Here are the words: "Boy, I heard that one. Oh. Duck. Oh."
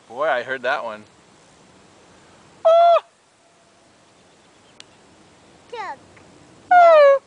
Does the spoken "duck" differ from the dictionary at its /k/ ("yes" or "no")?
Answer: yes